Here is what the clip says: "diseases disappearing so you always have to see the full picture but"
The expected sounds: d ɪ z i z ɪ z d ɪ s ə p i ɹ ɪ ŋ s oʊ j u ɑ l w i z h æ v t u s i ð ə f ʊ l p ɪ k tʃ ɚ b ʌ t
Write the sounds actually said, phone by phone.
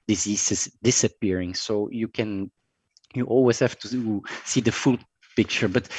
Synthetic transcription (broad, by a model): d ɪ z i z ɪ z d ɪ s ə p i ɹ ɪ ŋ s oʊ j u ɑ l w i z h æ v t u s i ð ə f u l p ɪ k tʃ ɚ b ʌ t